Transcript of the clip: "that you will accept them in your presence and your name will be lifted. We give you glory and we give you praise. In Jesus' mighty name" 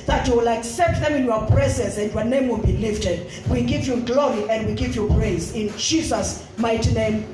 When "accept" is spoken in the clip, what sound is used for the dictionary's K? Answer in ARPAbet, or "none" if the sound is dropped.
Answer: K